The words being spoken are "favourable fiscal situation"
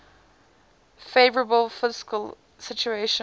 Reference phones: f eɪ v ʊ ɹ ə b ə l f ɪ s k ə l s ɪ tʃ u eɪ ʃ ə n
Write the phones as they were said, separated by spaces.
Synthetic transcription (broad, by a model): f eɪ v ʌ ɹ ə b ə l f ɪ s k ə l s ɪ tʃ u eɪ ʃ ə